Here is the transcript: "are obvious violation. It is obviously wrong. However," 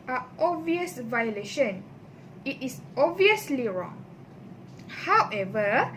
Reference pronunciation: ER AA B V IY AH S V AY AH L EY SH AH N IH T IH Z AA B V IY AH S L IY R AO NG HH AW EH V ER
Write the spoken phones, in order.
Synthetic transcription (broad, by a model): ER AA B V IY AH S V AY AH L EY SH AH N IH T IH S AA B V IY AH S L IY R AO NG HH AW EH V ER